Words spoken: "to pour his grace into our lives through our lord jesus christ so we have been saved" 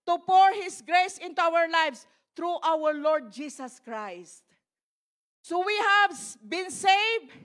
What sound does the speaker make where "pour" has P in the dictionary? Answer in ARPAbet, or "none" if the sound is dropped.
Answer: P